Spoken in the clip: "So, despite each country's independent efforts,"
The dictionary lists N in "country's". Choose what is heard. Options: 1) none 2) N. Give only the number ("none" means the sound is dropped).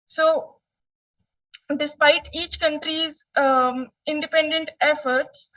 2